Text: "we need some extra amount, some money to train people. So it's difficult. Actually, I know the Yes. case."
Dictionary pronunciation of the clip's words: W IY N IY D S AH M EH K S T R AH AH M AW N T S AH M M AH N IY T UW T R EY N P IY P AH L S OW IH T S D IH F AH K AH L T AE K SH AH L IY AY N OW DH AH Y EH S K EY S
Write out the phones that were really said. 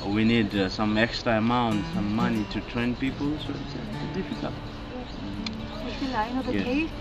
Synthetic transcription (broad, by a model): W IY N IY D S AH M EH K S T R AH AH M AW N T S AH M M AH N IY T UW T R EY N P IY P AH L S OW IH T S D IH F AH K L AA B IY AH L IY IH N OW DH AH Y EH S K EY